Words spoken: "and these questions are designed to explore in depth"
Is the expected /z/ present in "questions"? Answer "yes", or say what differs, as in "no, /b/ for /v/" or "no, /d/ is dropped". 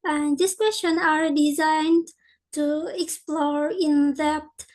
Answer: no, /z/ is dropped